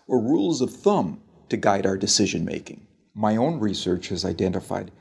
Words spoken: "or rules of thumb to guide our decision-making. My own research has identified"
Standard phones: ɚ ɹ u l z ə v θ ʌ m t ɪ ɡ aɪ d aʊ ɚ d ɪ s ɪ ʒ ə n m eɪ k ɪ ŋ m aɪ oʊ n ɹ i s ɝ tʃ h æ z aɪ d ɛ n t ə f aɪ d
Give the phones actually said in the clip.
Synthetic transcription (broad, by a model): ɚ ɹ u l z ə v θ ʌ m t ɪ ɡ aɪ d aʊ ɚ d ɪ s ɪ ʒ ə n m eɪ k ɪ ŋ m aɪ oʊ n ɹ i s ɝ tʃ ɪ z aɪ d ɛ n t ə f aɪ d